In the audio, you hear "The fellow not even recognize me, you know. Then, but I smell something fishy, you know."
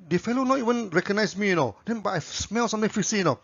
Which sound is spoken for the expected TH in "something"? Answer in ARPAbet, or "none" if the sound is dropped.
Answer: T